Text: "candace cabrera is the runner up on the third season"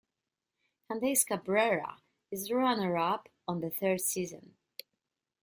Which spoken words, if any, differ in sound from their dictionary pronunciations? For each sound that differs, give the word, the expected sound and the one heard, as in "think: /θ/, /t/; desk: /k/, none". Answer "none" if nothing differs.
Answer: none